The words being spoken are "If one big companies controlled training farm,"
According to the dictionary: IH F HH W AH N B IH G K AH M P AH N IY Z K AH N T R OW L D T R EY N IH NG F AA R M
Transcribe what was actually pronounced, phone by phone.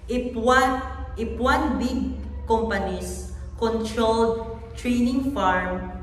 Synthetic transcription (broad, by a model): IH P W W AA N B IH G K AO M P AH N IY S K AH N T R OW L D T R EY N IH NG F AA R M